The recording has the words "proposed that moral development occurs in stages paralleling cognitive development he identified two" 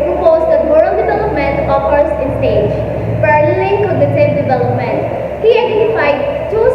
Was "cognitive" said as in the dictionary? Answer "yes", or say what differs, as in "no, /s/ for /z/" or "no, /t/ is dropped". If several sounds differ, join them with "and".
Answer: no, /s/ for /t/